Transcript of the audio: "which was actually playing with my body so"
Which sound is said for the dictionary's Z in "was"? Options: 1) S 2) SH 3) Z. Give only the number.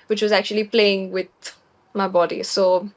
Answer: 3